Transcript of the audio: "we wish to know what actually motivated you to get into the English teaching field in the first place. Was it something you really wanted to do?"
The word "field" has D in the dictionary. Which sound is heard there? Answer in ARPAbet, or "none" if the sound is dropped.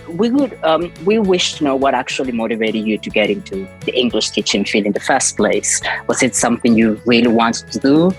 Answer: none